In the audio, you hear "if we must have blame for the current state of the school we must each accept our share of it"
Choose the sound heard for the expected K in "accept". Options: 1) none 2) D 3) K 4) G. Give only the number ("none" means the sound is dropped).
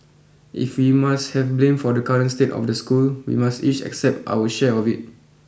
3